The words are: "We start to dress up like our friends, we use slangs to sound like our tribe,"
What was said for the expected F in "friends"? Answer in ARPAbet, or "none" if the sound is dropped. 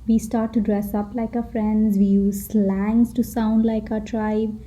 F